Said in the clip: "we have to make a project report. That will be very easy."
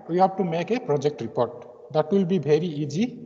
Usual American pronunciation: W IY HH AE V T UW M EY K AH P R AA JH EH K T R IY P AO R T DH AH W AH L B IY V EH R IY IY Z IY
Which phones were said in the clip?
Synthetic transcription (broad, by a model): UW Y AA B T UW M EY K AH P R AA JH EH K T R IY P AO R T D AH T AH L B IY B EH R IY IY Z IY